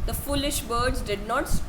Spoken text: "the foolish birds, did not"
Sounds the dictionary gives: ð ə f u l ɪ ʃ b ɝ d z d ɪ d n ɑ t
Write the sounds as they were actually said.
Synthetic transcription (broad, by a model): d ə f u l ɪ ʃ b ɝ d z d ɪ d n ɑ t